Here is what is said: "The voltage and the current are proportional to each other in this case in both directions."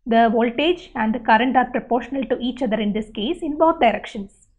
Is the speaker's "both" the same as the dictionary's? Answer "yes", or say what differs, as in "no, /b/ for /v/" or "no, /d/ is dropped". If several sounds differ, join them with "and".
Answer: no, /t/ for /θ/